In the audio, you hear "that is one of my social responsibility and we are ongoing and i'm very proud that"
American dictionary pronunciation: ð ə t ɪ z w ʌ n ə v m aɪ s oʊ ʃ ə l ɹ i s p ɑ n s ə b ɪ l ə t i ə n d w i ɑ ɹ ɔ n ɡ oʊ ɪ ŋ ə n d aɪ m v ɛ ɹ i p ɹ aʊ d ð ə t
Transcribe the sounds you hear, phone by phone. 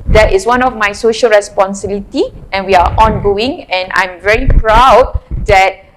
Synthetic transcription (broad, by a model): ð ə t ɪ s w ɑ n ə f m aɪ s oʊ ʃ ə l ɹ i s p ɑ n s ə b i l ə t i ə n w i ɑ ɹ ɔ n ɡ oʊ ɪ ŋ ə n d aɪ m v ɛ ɹ i p ɹ aʊ d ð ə t